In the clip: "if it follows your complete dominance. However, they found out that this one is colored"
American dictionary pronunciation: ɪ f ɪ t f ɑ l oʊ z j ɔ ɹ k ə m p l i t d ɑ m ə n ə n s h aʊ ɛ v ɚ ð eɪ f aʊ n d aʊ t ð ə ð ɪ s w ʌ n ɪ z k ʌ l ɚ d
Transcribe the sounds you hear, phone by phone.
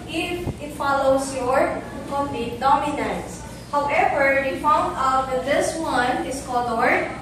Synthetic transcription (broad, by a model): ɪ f ɪ t f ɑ l oʊ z j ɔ ɹ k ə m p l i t d ɑ m ə n ə n s h aʊ ɛ v ɚ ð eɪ f aʊ n d aʊ t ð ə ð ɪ s w ʌ n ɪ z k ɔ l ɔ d